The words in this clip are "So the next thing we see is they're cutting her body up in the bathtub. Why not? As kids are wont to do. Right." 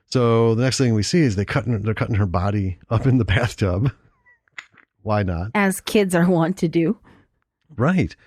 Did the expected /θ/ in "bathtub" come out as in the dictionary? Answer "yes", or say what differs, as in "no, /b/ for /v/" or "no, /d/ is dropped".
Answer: yes